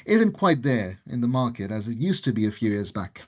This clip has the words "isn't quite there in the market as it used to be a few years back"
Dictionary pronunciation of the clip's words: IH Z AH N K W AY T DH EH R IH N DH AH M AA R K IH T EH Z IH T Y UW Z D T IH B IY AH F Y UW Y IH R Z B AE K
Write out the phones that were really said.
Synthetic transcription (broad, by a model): IH Z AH N K W AY T DH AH R IH N DH AH M AA R K IH T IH Z IH T Y UW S T IH B IY AH F Y UW Y IH R Z B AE K